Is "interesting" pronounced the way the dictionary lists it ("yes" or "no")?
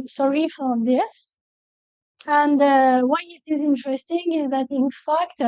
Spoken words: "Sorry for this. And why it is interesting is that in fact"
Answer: yes